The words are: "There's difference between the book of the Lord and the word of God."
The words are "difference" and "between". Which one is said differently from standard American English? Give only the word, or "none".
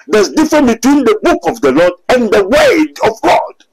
difference